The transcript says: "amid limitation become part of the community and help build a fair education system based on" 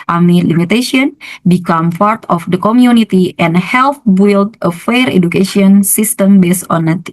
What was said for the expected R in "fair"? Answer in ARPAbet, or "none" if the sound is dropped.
R